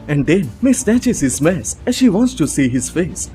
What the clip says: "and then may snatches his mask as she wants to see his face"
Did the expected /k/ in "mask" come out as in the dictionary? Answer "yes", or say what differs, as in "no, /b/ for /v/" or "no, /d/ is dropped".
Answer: no, /k/ is dropped